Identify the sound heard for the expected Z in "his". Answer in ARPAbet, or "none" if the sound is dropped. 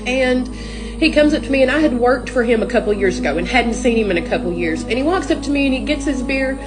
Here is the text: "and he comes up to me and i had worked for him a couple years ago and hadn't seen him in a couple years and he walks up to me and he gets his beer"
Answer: Z